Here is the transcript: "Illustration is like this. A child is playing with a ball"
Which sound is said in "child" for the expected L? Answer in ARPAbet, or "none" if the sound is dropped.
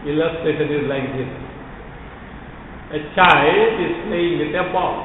none